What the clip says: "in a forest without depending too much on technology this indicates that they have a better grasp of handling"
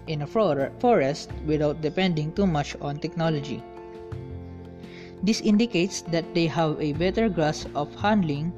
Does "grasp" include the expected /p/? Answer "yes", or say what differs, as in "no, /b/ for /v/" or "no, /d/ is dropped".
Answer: no, /p/ is dropped